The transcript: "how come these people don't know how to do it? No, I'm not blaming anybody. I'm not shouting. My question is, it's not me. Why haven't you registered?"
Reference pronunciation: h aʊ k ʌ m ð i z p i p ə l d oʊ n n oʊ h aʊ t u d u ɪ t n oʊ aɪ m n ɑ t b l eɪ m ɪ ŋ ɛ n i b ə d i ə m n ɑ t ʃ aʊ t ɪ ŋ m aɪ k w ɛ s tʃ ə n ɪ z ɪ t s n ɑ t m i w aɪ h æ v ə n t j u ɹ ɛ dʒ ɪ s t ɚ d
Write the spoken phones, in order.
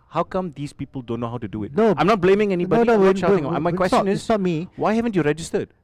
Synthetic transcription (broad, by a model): h aʊ k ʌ m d i s p i p ə l d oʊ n n oʊ h aʊ t u d u ɪ t n oʊ aɪ m n ɑ t b l eɪ m ɪ ŋ ɛ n i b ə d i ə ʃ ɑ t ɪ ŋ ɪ m aɪ k w ɛ s tʃ ə n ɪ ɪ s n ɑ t m i w aɪ h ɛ v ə n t j u ɹ ɛ dʒ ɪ s t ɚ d